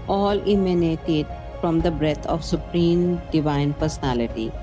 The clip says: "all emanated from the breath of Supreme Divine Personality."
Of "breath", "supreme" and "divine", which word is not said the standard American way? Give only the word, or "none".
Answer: breath